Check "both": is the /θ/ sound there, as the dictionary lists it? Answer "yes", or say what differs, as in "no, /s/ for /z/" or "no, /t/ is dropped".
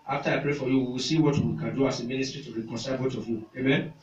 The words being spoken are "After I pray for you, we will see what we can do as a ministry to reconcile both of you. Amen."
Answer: no, /t/ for /θ/